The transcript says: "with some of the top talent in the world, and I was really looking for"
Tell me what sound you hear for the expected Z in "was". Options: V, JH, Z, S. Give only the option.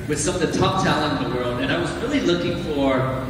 Z